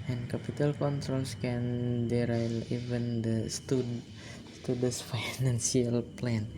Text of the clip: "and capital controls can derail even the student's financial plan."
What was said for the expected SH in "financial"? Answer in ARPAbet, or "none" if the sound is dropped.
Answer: S